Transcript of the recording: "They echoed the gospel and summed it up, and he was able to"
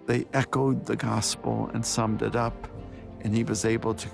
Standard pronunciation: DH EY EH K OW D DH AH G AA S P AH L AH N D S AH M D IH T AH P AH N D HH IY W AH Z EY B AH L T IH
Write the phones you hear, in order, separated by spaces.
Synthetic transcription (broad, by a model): DH EY EH K OW D DH AH G AA S P L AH N S AH M D IH T AH P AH N IY W AH Z EY B L T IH